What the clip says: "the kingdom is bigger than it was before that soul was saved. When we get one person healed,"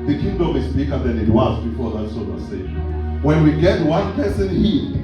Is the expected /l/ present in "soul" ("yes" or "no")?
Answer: no